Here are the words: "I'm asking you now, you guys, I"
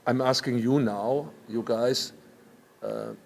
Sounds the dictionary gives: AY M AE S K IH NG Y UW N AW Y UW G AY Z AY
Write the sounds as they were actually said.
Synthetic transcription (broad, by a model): AY M AE S K IH NG Y UW N AW Y UW G AY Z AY